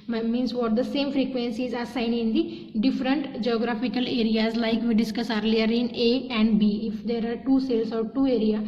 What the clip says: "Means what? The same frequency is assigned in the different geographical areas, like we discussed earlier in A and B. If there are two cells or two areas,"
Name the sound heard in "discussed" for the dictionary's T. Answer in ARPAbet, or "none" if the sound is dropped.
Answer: none